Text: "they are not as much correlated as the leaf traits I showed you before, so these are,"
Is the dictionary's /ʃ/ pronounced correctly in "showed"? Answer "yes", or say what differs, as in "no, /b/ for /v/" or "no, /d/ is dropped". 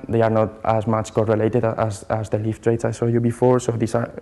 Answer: no, /s/ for /ʃ/